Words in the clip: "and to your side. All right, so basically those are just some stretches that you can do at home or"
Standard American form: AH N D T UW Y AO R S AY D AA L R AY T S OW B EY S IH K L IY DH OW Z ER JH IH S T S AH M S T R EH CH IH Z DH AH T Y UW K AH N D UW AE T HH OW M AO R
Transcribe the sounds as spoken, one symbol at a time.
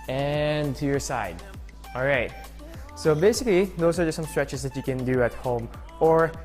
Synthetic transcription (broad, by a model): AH N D T UW Y AO R S AY D AA L R AY T S OW B EY S IH K L IY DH OW UH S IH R S AH M S T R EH CH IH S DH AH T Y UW K AH N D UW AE T HH OW M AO R